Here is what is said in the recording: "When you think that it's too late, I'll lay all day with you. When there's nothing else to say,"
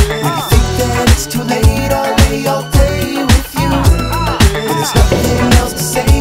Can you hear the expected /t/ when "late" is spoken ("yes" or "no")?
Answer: yes